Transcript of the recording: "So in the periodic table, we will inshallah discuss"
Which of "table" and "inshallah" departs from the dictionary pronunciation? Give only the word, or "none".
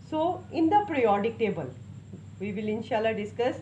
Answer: none